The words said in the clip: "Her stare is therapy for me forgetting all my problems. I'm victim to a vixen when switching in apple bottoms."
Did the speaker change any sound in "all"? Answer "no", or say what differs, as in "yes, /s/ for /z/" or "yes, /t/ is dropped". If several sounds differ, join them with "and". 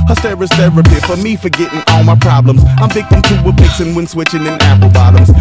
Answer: no